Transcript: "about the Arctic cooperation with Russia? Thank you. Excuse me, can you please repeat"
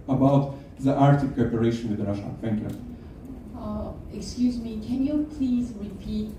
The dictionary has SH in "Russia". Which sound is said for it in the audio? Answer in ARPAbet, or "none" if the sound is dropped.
SH